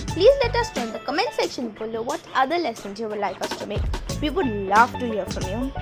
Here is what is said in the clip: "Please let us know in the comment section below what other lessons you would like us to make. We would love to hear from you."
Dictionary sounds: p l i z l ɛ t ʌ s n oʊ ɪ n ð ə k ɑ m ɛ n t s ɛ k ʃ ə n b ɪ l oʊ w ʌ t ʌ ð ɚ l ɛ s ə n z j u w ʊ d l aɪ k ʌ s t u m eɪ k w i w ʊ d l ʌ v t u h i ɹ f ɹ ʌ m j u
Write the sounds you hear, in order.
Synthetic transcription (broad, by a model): p l i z l ɛ t ʌ s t ɪ n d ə k ɑ m ɛ n t s ɛ k ʃ ə n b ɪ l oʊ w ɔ t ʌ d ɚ l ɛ s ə n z j u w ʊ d l aɪ k ʌ s t u m eɪ k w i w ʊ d l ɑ f t u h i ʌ f ɹ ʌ m j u